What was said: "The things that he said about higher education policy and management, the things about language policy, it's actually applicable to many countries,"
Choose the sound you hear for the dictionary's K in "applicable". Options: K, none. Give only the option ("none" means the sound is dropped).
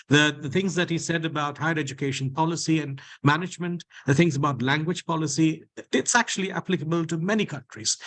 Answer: K